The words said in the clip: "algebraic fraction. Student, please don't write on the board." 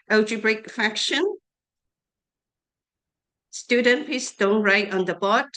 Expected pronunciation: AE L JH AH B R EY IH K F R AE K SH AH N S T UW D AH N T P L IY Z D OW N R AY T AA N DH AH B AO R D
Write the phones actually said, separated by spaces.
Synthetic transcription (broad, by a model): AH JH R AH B R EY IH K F AE K SH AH N S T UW D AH N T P IY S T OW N R AY T AA N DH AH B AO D